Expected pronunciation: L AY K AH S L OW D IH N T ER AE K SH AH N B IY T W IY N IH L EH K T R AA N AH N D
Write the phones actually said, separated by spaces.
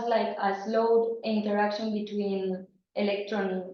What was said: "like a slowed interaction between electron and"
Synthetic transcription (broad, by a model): L AY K AH S L OW D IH N T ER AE K SH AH N B IY T W IY N IH L EH K T R AA N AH